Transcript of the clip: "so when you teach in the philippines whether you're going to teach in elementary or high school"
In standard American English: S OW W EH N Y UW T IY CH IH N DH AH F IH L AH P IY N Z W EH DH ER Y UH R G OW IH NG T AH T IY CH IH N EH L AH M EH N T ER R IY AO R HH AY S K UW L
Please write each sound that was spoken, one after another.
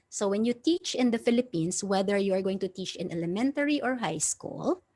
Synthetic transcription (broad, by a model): S OW W EH N Y UW T IY CH IH N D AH F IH L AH P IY N S W EH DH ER Y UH R G OW IH NG T AH T IY CH IH N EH L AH M EH N T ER R IY AO R HH AY S K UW L